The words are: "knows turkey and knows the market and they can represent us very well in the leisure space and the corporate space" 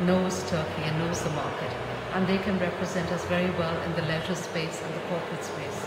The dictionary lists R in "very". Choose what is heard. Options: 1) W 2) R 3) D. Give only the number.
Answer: 2